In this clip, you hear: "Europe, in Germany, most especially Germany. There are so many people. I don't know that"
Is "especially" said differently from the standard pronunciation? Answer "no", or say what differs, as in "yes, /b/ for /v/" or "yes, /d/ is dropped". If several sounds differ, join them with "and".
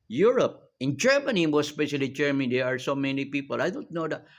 no